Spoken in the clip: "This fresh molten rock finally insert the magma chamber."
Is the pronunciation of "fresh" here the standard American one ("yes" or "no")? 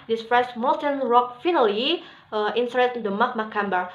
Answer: no